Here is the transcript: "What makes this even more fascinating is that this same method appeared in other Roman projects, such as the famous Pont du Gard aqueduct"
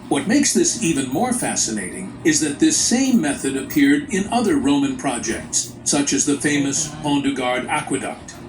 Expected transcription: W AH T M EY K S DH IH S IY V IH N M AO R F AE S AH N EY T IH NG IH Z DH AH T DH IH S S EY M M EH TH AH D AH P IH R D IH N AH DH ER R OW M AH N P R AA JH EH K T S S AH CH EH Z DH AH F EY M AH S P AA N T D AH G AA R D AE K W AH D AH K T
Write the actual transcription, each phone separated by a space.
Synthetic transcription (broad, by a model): W AH T M EY K S DH IH S IY V IH N M AO R F AE S AH N EY T IH NG IH Z DH AH T DH IH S S EY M M EH TH AH D AH P IH R D IH N AH DH ER R OW M AH N P R AA JH EH K T S S AH CH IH Z DH AH F EY M AH S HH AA N D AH G AA R D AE K W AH D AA K T